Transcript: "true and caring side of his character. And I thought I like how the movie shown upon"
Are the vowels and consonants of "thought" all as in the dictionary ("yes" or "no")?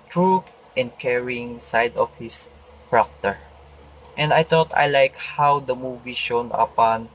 no